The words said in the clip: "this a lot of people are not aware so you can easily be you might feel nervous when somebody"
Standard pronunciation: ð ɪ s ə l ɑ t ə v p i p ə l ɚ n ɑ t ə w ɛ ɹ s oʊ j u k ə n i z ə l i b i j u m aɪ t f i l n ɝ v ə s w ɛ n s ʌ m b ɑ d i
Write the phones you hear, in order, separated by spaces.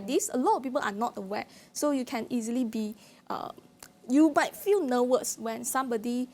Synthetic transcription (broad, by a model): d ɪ s ə l ɑ t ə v p i p ə l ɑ n ɑ t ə w ɛ s oʊ j u k ə n i z ə l i b i j u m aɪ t f i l n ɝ w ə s w ɛ n s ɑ m b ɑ d i